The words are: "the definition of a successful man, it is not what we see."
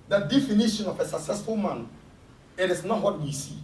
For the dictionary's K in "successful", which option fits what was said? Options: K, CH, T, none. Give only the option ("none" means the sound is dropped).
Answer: K